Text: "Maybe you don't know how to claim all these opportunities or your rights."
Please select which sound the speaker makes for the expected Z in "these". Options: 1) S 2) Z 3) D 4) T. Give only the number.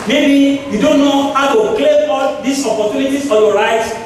1